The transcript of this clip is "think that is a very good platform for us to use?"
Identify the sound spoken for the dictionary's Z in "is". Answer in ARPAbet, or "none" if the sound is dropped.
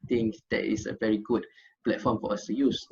S